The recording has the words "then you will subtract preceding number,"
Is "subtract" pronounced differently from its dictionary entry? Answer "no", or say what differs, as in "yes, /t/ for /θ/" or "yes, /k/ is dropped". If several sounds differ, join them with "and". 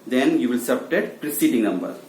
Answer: yes, /ɹ/ is dropped and /k/ is dropped